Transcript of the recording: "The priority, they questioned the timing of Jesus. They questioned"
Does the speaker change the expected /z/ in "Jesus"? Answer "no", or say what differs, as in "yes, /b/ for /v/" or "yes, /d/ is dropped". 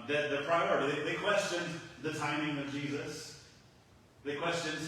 no